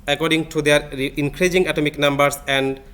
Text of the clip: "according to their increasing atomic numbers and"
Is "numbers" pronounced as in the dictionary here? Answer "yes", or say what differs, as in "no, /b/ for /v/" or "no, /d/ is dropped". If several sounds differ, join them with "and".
no, /s/ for /z/